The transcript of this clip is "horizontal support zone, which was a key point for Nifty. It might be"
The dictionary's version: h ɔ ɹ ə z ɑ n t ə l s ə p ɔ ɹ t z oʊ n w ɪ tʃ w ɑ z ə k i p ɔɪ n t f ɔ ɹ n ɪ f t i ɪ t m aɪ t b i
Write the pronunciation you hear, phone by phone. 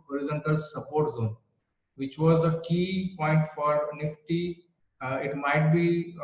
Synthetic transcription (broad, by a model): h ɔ ɹ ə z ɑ n t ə l s ə p ɔ ɹ t z oʊ n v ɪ tʃ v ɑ z ə k i p ɔɪ n t f ɔ ɹ n ɪ f t i ɪ t m aɪ t b i